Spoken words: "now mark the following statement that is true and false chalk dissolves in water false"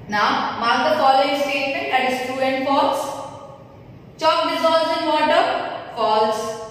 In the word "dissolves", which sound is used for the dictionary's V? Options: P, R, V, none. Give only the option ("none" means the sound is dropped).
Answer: none